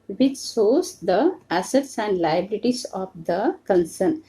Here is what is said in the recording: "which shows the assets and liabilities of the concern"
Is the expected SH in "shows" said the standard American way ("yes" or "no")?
no